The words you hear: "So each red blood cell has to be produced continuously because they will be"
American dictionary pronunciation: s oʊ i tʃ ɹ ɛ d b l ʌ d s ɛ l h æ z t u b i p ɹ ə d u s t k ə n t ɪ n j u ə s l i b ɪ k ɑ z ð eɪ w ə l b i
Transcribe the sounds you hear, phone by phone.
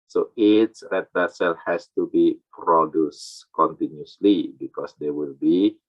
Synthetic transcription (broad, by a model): s oʊ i s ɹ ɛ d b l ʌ s ɛ l h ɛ s t u b i p ɹ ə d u s k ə n t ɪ n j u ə s l i b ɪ k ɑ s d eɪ w ə l b i